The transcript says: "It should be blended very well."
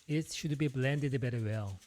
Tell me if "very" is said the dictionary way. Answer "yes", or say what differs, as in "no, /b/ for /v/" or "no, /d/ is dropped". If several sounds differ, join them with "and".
no, /b/ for /v/